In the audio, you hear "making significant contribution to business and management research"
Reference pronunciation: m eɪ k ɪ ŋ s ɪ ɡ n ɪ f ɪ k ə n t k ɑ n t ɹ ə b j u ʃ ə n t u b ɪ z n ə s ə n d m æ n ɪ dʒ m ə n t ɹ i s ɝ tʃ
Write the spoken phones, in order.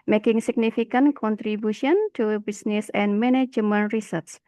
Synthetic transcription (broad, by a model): m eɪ k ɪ ŋ s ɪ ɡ n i f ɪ k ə n k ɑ n t ɹ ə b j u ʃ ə n t u b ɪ s n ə s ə n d m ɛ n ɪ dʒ m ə n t ɹ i s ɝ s